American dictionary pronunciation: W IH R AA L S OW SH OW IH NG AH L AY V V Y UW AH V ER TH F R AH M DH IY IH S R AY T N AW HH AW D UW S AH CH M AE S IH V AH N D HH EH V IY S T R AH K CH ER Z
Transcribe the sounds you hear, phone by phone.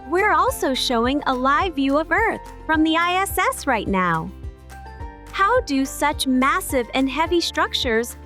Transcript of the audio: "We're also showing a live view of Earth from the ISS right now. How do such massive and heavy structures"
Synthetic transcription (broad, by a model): W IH R AA L S OW SH OW IH NG AH L AY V V Y UW AH V ER TH F R AH M DH IY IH S R AY T N AW HH AW D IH S AH CH M AE S IH V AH N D HH EH V IY S T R AH K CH ER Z